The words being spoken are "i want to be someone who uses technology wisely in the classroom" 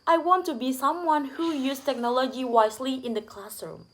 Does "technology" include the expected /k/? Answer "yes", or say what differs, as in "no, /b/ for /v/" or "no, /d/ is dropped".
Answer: yes